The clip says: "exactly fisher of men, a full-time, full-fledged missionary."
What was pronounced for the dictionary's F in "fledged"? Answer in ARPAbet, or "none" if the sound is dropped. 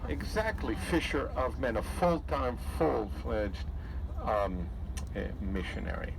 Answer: F